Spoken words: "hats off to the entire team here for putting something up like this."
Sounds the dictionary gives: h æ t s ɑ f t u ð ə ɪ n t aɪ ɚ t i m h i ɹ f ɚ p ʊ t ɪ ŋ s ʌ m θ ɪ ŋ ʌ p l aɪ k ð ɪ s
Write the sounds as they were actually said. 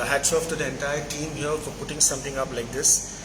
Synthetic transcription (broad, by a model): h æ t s ɑ f t u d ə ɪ n t aɪ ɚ t i m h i l f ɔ p ʊ t ɪ ŋ s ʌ m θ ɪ ŋ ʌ p l aɪ k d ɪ s